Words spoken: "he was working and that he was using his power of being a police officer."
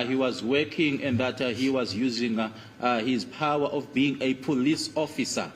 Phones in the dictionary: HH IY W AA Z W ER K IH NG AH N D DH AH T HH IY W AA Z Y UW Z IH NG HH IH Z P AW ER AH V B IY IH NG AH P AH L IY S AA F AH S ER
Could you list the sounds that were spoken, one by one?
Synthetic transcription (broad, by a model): HH IY W AA Z W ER K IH NG AH N D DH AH T HH IY W AA Z Y UW Z IH NG HH IH Z P AW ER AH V B IY NG AH P AH L IY S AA F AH S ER